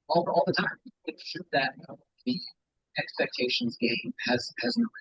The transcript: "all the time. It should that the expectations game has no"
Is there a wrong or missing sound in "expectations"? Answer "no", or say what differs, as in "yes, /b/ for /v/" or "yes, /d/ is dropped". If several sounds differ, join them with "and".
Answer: no